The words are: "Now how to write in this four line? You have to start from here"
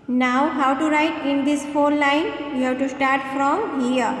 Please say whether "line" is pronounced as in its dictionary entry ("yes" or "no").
yes